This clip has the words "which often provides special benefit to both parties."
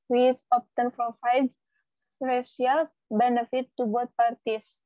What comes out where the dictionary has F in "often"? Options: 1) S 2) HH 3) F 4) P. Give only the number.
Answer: 4